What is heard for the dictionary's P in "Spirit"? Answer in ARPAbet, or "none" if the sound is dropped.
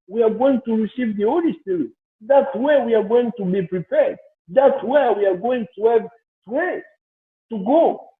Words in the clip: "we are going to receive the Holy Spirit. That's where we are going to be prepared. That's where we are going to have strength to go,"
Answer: none